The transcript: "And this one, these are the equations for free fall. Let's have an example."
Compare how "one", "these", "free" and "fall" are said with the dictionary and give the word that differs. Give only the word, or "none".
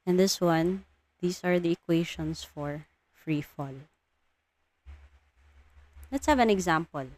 these